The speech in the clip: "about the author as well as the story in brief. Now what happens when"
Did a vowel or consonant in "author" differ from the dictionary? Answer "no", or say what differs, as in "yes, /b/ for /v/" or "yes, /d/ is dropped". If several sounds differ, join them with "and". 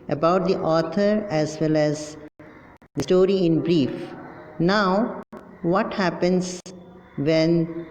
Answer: yes, /t/ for /θ/